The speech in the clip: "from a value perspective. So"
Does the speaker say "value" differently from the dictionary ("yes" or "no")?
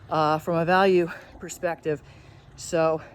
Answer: no